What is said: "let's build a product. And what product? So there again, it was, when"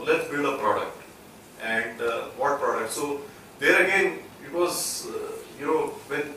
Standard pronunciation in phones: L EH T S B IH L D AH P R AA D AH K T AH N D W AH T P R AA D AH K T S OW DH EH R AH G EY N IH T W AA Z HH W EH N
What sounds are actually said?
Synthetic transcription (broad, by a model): L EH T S B IH L D AH P R AA D AH K T AH N D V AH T P R AA D AH K T S OW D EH R AH G EY N IH T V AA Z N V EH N